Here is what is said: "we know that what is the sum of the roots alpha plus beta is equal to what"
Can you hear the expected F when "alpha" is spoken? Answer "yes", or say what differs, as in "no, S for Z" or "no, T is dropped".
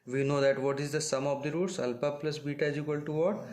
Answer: no, P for F